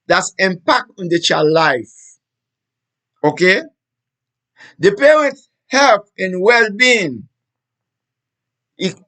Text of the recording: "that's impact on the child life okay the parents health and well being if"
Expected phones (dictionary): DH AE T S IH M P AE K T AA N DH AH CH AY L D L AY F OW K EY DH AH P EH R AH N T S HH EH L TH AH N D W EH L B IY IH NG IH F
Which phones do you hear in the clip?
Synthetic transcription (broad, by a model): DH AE T S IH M P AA K T AA N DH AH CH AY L L AY F OW K EY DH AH P EH R AH N T S HH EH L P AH N W EH L B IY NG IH